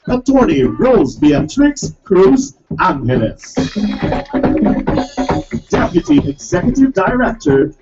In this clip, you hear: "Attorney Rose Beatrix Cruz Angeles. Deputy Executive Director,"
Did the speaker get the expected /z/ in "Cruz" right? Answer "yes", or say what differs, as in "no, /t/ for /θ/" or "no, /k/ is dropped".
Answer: yes